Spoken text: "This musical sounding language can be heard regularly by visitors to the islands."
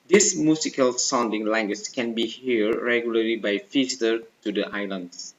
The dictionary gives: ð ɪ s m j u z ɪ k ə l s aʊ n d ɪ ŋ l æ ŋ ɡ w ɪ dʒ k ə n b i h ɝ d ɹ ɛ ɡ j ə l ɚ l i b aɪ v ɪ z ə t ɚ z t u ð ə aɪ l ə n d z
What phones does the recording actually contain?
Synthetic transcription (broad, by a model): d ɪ s m j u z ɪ k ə l s aʊ n d ɪ ŋ l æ ŋ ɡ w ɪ tʃ k ə n b i h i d ɹ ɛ ɡ j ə l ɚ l i b aɪ f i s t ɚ t u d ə aɪ l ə n d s